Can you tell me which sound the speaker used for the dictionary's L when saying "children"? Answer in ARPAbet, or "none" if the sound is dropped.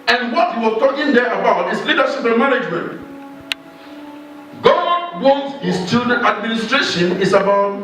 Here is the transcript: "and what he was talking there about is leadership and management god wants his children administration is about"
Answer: none